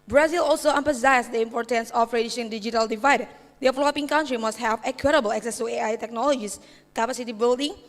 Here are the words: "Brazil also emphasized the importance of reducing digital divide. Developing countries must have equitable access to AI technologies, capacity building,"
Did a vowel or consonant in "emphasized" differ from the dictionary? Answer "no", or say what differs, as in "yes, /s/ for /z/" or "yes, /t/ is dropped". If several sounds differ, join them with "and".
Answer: yes, /p/ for /f/ and /s/ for /z/